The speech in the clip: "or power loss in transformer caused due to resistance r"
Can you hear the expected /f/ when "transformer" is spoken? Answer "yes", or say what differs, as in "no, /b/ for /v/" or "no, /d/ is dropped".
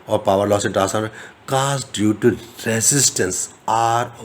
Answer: no, /f/ is dropped